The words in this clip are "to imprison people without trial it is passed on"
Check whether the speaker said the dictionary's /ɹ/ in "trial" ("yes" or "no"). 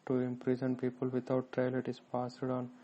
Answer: yes